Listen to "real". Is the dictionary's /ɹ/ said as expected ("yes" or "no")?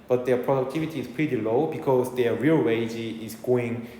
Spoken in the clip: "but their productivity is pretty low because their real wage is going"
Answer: yes